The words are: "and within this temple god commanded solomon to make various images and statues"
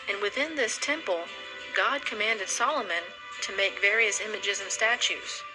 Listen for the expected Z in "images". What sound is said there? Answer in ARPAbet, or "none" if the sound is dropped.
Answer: Z